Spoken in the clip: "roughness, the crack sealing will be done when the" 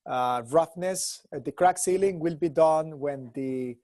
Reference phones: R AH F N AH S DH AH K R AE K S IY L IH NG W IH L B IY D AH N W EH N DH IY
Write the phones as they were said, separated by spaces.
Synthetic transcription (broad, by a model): R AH F N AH S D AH K R AE K S IY L IH NG W IH L B IY D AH N W EH N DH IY